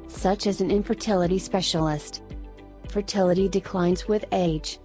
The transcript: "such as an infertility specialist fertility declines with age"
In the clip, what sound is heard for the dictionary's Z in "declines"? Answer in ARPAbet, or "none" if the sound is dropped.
Z